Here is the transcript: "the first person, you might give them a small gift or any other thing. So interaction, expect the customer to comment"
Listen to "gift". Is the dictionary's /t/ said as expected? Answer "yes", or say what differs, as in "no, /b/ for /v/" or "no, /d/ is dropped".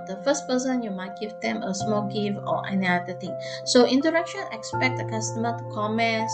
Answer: no, /t/ is dropped